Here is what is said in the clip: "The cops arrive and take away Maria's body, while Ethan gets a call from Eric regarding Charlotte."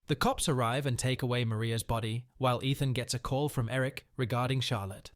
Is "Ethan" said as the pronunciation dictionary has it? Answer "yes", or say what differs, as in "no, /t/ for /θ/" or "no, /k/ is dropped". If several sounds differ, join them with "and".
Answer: yes